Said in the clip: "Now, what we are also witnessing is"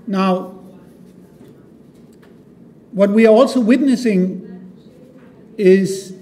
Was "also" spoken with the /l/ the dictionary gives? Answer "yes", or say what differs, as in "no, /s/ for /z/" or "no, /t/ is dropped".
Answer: yes